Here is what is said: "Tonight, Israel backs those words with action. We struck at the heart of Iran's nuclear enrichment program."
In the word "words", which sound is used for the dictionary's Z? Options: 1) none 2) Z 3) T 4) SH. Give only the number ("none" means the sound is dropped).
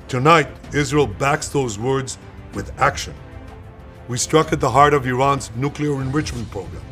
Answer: 2